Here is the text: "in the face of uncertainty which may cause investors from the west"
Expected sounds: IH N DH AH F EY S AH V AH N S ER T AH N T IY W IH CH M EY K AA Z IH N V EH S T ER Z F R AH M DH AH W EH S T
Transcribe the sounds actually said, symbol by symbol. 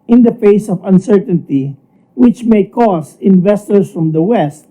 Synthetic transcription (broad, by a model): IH N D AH F EY S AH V AH N S ER T AH N T IY W IH CH M EY K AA S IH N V EH S T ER S F R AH M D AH W EH S T